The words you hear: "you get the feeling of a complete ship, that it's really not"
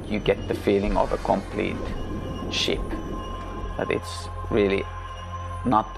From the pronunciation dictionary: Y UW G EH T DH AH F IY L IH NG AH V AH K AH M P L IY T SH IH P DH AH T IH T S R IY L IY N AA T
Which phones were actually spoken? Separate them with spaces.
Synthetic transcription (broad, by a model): Y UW G EH T DH AH F IY L IH NG AH V AH K AH M P L IY T SH IH P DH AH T IH T S R IY L IY N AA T